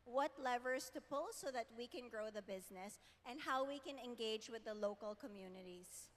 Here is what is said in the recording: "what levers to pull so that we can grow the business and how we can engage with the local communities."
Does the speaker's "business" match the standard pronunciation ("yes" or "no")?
yes